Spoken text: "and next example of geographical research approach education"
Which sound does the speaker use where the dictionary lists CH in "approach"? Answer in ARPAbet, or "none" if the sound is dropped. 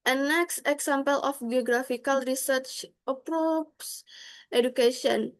S